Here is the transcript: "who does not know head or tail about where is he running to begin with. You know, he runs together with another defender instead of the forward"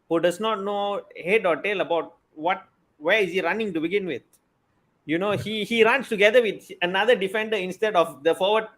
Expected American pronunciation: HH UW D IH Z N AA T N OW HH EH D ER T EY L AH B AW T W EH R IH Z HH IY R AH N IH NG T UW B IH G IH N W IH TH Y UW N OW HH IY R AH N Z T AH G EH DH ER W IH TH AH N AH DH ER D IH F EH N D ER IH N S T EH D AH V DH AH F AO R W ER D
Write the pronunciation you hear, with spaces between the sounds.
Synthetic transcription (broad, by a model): HH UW D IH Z N AA T N OW HH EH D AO T EY L AH B AW T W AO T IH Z HH IY R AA N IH NG T UW B IH G IH N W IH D Y UW N OW HH IY R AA N S T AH G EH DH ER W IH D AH N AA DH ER D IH F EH N D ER IH N S T EH D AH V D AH F AO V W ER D